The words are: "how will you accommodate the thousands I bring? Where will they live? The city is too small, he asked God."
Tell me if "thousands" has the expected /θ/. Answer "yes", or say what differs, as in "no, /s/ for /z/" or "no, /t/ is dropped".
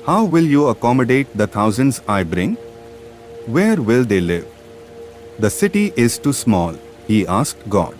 no, /t/ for /θ/